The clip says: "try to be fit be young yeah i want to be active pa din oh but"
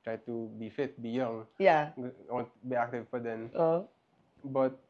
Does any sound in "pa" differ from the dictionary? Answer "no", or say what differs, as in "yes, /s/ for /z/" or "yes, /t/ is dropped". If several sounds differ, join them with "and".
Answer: yes, /f/ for /p/